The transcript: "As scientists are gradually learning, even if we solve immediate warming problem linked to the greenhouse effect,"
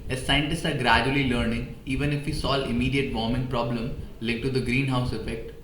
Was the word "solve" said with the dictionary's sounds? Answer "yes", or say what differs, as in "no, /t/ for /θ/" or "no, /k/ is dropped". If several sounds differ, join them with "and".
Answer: no, /v/ is dropped